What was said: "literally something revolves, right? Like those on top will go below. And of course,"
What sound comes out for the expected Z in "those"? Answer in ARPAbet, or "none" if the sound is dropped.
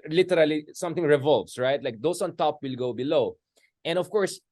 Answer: S